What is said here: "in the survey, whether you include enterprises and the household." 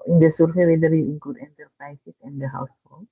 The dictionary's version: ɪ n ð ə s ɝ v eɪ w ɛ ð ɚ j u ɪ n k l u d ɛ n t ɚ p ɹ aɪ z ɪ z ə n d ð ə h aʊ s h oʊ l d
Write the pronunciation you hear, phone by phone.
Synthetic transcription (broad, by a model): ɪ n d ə s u f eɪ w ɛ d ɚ j u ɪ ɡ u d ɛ n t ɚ p ɹ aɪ s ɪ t ə n d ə h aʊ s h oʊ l